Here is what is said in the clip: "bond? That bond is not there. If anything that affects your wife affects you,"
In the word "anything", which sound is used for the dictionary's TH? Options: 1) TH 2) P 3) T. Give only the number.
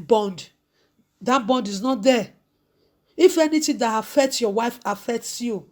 3